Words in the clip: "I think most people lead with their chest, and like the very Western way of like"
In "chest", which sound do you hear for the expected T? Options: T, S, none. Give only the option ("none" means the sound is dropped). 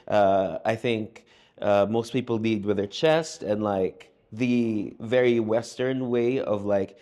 T